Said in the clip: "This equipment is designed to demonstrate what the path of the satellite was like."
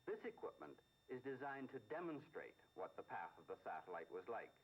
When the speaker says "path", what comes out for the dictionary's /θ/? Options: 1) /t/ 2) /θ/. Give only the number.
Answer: 2